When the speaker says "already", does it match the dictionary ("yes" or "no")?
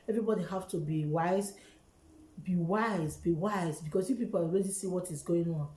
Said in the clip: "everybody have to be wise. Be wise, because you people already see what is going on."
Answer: no